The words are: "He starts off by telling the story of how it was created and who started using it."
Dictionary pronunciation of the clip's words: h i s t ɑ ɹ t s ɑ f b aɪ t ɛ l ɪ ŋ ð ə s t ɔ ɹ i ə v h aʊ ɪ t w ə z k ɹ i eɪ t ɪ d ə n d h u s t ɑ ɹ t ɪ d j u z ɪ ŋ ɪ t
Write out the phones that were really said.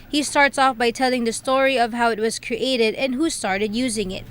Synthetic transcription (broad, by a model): h i s t ɑ ɹ t s ɑ f b aɪ t ɛ l ɪ ŋ ð ə s t ɔ ɹ i ə v h aʊ ɪ t w ə z k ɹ i eɪ t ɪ d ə n h u s t ɑ ɹ t ɪ d j u z ɪ ŋ ɪ t